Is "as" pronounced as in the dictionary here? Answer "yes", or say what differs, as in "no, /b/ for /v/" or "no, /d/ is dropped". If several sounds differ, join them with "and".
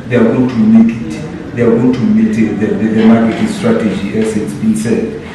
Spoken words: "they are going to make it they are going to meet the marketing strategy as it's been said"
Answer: no, /s/ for /z/